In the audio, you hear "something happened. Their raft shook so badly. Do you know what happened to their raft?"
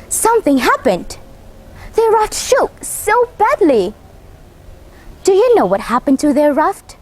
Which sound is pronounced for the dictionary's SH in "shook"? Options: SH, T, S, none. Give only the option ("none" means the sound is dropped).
SH